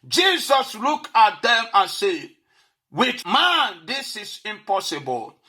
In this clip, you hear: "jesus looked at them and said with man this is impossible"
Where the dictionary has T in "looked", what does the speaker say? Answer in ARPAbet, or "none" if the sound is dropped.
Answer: none